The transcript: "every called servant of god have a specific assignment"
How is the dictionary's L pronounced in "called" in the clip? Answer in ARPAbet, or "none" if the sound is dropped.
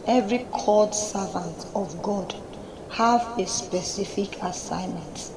none